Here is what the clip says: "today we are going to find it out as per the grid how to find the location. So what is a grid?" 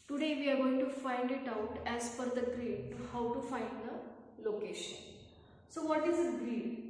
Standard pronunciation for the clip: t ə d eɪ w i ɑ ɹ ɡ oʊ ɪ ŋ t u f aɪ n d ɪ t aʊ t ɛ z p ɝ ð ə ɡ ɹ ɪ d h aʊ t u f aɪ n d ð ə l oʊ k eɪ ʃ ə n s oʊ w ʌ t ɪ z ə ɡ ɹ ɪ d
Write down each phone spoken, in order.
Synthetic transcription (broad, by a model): t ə d eɪ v i ɑ ɹ ɡ oʊ ɪ ŋ t u f aɪ n d ɪ t aʊ t ɛ z f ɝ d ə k ɹ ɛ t h aʊ t u f aɪ n d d ə l oʊ k eɪ ʃ ə n s oʊ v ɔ t ɪ z ə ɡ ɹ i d